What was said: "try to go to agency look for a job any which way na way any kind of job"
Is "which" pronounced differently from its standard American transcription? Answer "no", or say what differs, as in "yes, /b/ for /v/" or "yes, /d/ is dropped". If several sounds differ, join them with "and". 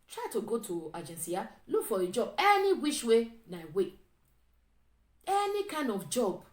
yes, /ʃ/ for /tʃ/